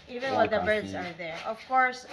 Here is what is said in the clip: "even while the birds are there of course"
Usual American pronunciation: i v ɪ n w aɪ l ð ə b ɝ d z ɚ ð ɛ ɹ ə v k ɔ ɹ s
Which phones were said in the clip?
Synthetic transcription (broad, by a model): i v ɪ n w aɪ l ð ə b ɝ d z ɚ ð ɛ ɹ ə v k ɔ ɹ s